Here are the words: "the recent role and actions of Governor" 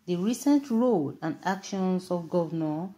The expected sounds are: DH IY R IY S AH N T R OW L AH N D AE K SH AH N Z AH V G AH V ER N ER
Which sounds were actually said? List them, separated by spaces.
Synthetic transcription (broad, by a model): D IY R IY S AH N T R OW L AH N D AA K SH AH N S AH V G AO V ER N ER